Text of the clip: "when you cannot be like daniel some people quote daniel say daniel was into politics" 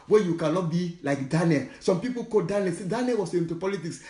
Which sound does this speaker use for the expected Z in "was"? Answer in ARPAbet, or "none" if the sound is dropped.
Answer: S